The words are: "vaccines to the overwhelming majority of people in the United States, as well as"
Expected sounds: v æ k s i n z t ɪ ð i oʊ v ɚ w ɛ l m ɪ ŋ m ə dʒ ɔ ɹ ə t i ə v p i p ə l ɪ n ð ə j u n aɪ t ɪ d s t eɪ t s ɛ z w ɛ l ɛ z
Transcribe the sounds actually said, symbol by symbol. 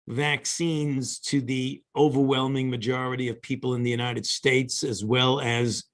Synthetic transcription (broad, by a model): v æ k s i n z t ɪ ð i oʊ v ɚ w ɛ l m ɪ ŋ m ə dʒ ɔ ɹ ə t i ə v p i p l ɪ n ð ə j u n aɪ t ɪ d s t eɪ t s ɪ z w ɛ l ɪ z